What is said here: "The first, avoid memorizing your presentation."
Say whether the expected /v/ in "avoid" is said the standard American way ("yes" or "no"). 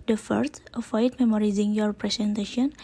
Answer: no